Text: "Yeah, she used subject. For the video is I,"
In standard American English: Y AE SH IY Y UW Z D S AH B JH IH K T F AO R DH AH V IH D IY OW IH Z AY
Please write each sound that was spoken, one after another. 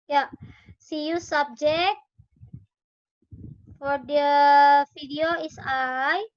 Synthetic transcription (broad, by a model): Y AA S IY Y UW S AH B JH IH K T F AO R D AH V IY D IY OW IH S AY